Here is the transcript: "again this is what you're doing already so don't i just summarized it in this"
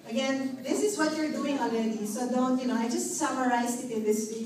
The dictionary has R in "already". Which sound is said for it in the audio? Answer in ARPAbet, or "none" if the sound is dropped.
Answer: L